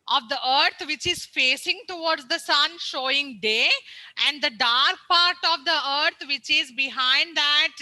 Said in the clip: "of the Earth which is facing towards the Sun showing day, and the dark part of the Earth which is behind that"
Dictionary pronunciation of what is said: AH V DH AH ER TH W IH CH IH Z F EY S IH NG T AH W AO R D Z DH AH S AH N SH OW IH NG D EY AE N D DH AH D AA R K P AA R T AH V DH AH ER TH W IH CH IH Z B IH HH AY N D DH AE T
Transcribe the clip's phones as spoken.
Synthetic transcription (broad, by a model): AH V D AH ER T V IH CH IH Z F EY S IH NG T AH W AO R D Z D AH S AH N SH OW IH NG D EY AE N D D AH D AA R K P AA R T AH V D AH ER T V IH CH IH Z B IH HH AY N D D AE T